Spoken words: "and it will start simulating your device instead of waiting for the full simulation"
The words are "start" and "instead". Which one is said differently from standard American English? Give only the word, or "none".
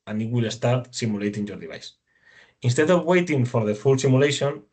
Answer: none